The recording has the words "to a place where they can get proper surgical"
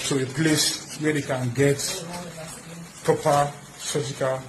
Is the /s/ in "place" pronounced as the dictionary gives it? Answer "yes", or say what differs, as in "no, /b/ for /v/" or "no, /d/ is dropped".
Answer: yes